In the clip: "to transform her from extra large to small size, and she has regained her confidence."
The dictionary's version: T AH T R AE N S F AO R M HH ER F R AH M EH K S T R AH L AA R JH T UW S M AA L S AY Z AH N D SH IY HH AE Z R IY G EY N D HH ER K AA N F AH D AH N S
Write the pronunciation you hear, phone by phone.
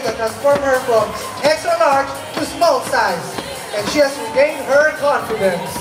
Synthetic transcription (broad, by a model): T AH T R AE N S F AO R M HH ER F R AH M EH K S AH N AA R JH T UW S M AA L S AY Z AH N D SH IY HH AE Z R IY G EY N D HH ER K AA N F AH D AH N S